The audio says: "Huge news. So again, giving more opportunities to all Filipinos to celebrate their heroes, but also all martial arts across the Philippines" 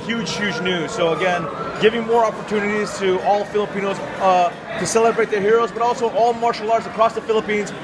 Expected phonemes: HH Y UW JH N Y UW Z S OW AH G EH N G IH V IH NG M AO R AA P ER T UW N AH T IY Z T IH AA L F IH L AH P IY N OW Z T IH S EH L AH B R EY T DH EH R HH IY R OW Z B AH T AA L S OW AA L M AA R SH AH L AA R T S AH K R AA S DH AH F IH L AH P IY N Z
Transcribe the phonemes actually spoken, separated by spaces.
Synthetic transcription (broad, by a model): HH Y UW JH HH Y UW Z S OW AH G EH N G IH V IH NG M AO R AA P ER T UW N AH T IY Z T IH AA L F IH L AH P IY N OW Z T IH S EH L AH B R EY T DH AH R HH IY R OW Z B AH T AA L S OW AA L M AA R SH L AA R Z AH K R AA S DH AH F IH L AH P IY N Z